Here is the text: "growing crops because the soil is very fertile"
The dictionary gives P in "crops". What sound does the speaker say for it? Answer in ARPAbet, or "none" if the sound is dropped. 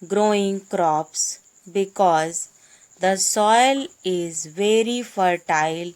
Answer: P